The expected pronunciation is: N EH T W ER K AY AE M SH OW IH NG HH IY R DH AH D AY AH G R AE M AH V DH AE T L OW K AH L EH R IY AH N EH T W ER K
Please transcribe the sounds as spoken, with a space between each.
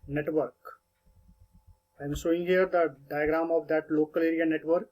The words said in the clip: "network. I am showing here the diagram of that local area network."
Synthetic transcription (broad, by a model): N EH T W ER K AY M S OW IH NG HH IY R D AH D AY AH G R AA M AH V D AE T L OW K AH L EH R IY AH N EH T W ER K